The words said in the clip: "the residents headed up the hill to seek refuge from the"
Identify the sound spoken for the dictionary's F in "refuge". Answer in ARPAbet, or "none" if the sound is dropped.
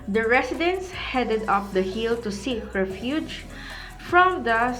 F